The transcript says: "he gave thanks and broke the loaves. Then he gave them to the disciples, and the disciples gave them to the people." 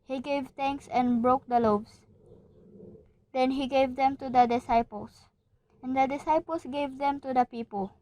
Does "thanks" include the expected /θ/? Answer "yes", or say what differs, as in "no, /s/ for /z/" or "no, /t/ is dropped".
no, /t/ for /θ/